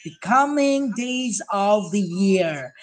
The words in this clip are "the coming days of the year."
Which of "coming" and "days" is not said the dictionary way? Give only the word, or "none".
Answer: none